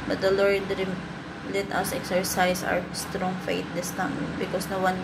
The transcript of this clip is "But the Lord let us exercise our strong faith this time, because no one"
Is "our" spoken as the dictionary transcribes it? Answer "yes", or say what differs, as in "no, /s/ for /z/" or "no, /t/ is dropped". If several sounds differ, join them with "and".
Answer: no, /w/ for /ɹ/